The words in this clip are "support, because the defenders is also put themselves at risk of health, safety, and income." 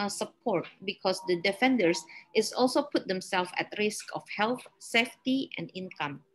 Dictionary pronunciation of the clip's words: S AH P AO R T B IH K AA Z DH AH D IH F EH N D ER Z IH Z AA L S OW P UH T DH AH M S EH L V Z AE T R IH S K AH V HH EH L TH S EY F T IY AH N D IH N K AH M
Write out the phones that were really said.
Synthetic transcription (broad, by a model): S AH P AO R T B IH K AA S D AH D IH F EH N D ER S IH S AA L S OW P UH T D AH M S EH L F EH T R IH S K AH F HH EH L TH S EY F T IY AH N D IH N K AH M